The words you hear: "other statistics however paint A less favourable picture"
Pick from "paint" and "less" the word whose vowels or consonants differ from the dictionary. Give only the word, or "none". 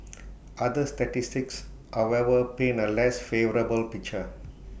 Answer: paint